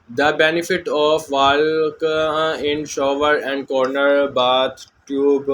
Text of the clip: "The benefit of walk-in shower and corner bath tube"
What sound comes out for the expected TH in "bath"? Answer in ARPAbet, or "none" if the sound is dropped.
T